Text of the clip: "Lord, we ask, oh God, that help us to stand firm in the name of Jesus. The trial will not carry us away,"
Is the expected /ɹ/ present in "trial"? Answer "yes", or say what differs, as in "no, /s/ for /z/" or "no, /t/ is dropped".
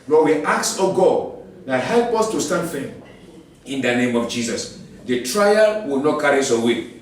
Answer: yes